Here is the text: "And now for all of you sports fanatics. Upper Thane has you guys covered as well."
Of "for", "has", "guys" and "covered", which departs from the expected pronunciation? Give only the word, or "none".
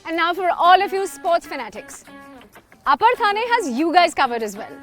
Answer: none